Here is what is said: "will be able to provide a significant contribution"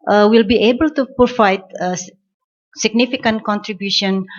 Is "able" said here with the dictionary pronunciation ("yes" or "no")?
yes